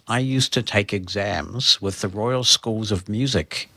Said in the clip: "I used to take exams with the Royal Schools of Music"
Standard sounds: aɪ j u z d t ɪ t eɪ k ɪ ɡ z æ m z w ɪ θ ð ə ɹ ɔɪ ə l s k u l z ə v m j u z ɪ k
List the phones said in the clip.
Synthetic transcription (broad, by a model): aɪ j u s t ɪ t eɪ k ɪ ɡ z æ m z w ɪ ð ə ɹ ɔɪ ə l s k u l z ə v m j u z ɪ k